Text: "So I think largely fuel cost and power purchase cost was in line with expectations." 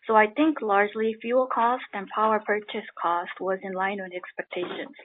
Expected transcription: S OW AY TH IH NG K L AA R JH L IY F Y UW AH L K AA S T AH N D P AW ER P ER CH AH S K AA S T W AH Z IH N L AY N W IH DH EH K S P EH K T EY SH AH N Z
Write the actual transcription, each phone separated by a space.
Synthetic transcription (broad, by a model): S OW AY TH IH NG K L AA R JH L IY F Y UW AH L K AA S T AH N P AW ER P ER CH AH S K AA S T W AH Z IH N L AY N W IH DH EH K S P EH K T EY SH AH N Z